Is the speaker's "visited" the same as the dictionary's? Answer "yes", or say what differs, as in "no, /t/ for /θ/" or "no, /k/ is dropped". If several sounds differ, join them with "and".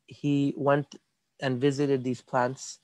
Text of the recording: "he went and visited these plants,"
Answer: yes